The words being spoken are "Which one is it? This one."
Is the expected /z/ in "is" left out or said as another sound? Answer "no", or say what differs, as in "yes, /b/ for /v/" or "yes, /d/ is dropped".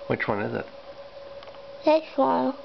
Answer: no